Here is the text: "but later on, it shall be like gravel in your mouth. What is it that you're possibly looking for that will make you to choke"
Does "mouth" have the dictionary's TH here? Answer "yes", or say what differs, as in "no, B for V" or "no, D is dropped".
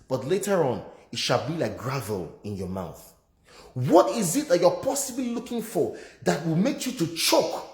yes